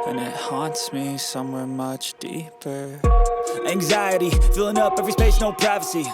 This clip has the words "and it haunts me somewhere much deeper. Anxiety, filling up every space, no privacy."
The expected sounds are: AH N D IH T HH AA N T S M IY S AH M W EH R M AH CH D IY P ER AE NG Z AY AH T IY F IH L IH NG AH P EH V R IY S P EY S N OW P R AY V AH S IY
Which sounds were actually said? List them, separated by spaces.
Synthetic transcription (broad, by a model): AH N IH T HH AA N T S M IY S AH M W EH R M AH CH D IY P ER AE NG Z AY AH T IY F IH L IH NG AH P EH V R IY S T EY SH N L P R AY V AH S IY